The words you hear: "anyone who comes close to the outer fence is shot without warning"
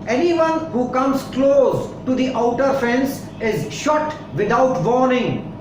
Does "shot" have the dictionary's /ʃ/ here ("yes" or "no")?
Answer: yes